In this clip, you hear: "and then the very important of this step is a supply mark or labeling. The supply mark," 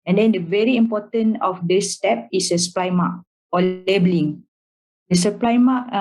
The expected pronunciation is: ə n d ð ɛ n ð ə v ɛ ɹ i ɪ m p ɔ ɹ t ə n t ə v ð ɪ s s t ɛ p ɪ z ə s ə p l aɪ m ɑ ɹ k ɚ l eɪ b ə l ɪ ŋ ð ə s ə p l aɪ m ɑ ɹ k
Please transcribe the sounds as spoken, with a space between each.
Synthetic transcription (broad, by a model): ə n d ɛ n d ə v ɛ ɹ i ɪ m p ɔ t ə n ə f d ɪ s s t ɛ p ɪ s ə s ə p l aɪ m ɑ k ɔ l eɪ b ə l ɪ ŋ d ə s ə p l aɪ m ɑ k